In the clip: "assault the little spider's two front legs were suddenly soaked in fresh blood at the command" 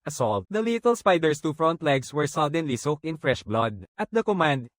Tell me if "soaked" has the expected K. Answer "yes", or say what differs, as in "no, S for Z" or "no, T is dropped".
yes